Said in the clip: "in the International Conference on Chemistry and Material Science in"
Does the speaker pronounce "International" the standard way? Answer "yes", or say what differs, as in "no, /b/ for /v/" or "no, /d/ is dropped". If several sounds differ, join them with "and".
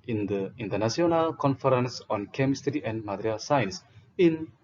no, /s/ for /ʃ/